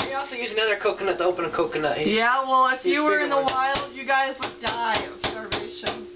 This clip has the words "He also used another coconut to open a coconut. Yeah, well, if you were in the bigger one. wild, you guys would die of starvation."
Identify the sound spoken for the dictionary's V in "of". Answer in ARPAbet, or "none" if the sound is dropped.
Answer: B